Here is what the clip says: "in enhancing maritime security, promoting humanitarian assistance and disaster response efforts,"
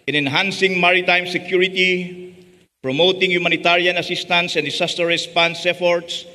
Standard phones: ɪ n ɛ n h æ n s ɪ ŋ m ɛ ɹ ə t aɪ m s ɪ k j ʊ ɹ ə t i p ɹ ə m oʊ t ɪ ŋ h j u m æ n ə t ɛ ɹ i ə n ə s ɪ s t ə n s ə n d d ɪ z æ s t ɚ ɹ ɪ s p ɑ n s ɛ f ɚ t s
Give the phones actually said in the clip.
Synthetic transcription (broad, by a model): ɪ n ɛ n h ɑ n s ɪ ŋ m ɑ ɹ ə t aɪ m s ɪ k j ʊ ɹ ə t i p ɹ ə m oʊ t ɪ ŋ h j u m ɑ n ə t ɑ ɹ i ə n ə s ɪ s t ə n s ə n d d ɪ s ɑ s t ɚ ɹ ɪ s p ɑ n s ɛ f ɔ t s